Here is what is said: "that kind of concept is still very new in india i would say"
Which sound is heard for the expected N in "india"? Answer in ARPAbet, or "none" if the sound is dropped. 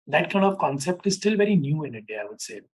none